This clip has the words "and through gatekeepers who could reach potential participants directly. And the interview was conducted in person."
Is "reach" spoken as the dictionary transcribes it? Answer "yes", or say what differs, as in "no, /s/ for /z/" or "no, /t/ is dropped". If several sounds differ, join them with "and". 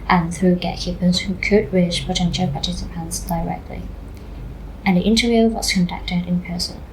no, /ʃ/ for /tʃ/